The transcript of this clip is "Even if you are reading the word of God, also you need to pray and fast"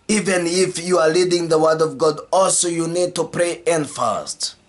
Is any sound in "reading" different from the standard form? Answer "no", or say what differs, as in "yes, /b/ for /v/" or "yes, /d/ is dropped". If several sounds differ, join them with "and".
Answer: yes, /l/ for /ɹ/